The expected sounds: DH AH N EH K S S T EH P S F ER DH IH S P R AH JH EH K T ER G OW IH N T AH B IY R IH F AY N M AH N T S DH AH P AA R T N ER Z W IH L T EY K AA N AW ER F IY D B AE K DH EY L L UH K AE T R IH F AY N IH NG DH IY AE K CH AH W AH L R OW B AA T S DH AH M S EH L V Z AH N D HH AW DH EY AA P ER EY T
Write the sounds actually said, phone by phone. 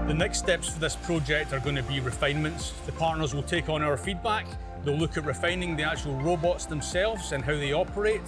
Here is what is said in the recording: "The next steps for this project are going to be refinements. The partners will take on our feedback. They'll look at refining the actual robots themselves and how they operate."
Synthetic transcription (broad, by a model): DH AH N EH K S S T EH P S F ER DH IH S P R AH JH EH K T ER G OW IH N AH B IY R IH F AY N M AH N T S DH AH P AA R T N ER Z W IH L T EY K N AW ER F IY D B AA K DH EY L L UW K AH T R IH F AY N IH NG DH IY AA K CH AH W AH L R OW B AA T S DH AH M S EH L V Z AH N HH AW DH EY AA P ER EY T